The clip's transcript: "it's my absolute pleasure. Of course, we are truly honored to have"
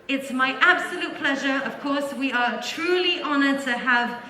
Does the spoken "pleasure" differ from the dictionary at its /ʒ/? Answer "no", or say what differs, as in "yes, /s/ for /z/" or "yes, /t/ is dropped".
no